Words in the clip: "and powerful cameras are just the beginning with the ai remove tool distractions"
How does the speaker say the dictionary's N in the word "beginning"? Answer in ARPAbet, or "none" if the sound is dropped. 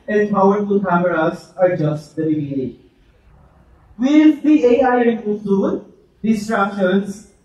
none